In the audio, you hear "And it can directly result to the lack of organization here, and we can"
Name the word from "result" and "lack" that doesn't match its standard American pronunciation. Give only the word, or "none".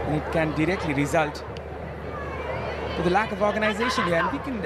none